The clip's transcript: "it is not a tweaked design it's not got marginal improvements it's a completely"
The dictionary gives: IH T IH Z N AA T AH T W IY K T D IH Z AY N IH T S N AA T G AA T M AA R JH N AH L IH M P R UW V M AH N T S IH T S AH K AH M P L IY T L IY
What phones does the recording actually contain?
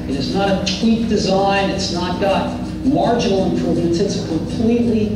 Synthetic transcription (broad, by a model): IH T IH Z N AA T AH T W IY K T D IH Z AY N IH T S N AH T G AA T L AA R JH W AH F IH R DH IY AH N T IH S AH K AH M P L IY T L IY